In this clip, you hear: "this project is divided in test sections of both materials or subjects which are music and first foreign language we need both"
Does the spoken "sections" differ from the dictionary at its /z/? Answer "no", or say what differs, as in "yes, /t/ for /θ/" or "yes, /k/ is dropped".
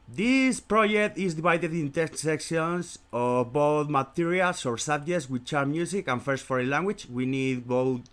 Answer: yes, /s/ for /z/